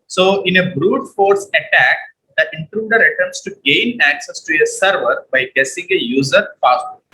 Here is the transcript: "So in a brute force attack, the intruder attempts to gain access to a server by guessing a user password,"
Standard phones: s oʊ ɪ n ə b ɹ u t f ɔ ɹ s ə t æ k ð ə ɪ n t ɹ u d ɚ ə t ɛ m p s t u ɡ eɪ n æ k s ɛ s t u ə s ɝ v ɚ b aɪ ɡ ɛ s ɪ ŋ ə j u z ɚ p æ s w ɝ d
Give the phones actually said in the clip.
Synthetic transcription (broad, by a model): s oʊ ɪ n ə b ɹ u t f ɔ ɹ s ə t æ k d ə ɪ n t ɹ u d ɚ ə t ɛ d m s t u ɡ eɪ n æ k s ɛ s t u ə s ɝ v ɚ b aɪ ɡ ɛ s ɪ ŋ ə j u z ɚ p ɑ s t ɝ